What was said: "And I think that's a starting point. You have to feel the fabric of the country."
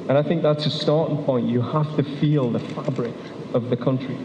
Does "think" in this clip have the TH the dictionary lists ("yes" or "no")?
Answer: yes